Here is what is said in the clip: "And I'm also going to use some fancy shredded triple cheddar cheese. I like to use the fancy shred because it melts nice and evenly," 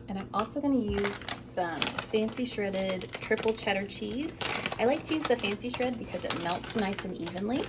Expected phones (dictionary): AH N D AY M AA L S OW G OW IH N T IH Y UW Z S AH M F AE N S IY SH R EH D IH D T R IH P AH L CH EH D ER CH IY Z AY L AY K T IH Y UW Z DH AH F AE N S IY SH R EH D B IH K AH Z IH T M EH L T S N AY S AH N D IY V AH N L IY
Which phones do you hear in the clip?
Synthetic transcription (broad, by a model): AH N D AY M AA L S OW G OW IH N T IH Y UW Z S AH M F AE N S IY SH R EH D IH D T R IH P L CH EH D ER CH IY Z AY L AY K T IH Y UW Z DH AH F AE N S IY SH R EH D B IH K AH Z IH T M EH L T S N AY S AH N IY V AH N L IY